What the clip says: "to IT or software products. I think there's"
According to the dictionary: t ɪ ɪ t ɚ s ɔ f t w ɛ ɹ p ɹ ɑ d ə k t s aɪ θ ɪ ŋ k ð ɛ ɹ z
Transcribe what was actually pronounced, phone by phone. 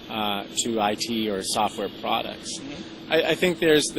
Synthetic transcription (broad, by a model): t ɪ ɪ t ɚ s ɔ f t w ɛ ɹ p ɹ ɑ d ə k t s aɪ θ ɪ ŋ k ð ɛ ɹ z